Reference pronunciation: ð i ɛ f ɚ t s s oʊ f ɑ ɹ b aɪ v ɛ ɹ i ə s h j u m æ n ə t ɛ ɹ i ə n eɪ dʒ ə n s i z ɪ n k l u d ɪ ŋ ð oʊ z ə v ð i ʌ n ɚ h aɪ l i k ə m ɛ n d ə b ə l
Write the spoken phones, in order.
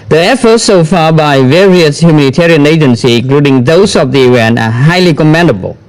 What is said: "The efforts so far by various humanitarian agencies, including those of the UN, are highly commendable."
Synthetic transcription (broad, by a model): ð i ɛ f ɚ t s s oʊ f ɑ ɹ b aɪ v ɛ ɹ i ə s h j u m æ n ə t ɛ ɹ i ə n eɪ dʒ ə n s i ɪ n k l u d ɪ ŋ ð oʊ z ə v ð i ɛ n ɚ h aɪ l i k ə m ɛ n d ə b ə l